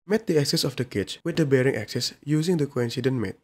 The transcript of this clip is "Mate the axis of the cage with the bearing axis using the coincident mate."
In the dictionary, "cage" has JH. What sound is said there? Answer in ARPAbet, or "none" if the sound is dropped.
CH